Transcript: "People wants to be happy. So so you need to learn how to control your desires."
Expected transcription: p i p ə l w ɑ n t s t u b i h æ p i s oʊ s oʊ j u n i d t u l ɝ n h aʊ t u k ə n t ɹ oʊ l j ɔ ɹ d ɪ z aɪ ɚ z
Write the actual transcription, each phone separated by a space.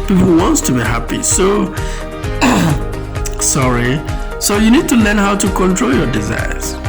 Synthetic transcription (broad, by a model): p i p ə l w ɑ n t s t u b i h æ p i s oʊ s oʊ j u n i d t u l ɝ n h aʊ t u k ə n t ɹ oʊ l j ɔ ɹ d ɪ z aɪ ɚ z